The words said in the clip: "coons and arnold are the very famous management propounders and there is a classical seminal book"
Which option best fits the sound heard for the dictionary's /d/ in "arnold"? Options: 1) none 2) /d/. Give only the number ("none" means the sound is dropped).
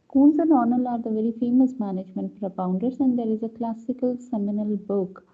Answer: 1